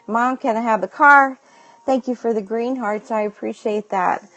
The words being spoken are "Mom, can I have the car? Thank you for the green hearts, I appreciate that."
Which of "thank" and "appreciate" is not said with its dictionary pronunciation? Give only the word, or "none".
none